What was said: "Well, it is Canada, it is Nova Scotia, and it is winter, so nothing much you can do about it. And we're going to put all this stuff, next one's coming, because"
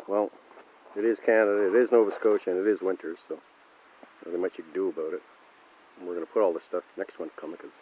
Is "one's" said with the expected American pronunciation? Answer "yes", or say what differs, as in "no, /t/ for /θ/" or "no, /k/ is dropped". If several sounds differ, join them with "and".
no, /s/ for /z/